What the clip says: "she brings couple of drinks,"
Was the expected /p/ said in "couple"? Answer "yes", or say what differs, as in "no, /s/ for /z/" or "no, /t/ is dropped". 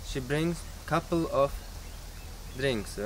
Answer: yes